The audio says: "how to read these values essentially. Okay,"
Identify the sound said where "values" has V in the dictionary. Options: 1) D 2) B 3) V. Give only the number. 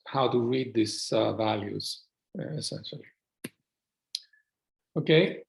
3